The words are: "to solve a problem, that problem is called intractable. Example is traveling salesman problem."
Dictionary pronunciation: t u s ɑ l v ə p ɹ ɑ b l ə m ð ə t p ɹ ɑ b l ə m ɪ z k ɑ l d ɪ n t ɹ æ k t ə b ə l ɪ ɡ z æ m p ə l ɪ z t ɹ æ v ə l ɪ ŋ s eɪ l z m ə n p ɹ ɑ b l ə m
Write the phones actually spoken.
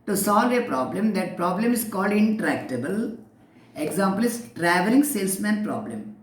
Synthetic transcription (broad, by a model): t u s ɑ l v ə p ɹ ɑ b l ə m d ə t p ɹ ɑ b l ə m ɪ s k ɑ l d ɪ n t ɹ æ k t ə b ə l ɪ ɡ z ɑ m p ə l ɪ s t ɹ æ v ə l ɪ ŋ s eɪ l s m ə n p ɹ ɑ b l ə m